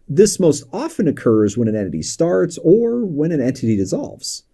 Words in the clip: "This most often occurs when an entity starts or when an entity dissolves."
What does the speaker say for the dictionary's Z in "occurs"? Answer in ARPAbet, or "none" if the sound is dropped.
Z